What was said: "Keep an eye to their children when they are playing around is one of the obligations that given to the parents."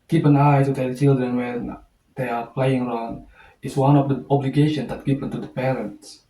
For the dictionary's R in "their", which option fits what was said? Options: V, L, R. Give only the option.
L